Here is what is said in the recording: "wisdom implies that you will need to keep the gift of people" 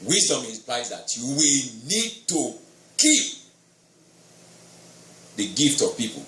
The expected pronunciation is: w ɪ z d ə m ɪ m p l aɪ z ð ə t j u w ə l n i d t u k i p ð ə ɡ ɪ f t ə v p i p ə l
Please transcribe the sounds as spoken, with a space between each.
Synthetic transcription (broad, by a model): w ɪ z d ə m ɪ p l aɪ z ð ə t j u w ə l n i d t u k i p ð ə ɡ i f t ə v p i p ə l